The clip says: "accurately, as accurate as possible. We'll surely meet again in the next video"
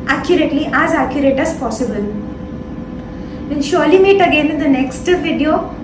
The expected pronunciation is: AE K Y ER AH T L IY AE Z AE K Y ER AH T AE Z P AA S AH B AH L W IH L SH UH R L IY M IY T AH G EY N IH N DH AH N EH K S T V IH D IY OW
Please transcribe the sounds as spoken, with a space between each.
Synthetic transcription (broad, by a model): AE K Y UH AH T L IY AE Z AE K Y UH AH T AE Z P AA S AH B AH L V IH N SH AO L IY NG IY T AH G EY N IH N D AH N EH K S T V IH D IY OW